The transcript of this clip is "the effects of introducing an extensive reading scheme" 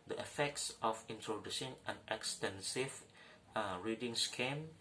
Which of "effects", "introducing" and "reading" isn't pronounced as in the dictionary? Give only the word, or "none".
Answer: introducing